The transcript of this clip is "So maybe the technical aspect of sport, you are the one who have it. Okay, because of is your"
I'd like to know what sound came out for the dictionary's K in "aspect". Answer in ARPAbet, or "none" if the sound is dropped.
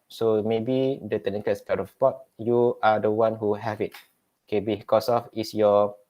none